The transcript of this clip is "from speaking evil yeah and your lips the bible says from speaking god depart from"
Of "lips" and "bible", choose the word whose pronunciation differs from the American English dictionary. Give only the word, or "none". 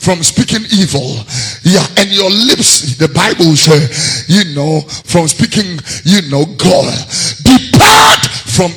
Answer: none